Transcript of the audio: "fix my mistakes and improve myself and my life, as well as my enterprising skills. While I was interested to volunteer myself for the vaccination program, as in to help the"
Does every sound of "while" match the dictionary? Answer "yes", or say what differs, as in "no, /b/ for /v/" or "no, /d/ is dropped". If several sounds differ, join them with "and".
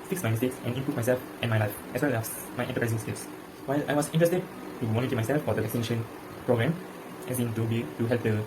yes